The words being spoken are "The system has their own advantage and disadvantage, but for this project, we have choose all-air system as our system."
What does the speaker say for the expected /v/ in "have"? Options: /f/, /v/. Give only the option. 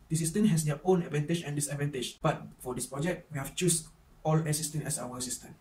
/f/